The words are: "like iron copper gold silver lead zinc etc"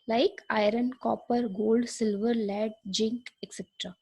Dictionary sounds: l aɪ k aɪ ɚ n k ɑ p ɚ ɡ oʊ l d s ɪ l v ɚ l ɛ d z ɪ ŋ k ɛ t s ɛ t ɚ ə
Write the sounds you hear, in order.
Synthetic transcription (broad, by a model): l aɪ k aɪ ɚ n k ɑ p ɚ ɡ oʊ l d s ɪ l v ɚ l ɛ d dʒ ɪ ŋ k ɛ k s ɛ t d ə